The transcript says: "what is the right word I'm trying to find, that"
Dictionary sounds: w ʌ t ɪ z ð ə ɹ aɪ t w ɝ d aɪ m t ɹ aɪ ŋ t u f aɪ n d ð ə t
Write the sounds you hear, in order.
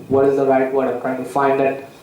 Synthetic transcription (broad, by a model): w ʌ t ɪ z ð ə ɹ aɪ t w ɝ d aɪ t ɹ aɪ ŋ t u f aɪ n d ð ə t